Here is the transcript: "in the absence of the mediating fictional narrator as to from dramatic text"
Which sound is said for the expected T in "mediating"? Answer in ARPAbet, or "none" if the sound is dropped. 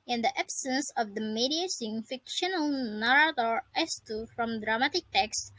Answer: S